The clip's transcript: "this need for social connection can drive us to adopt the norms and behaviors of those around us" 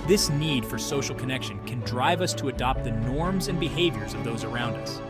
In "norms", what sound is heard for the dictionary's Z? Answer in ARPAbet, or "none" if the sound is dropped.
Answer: Z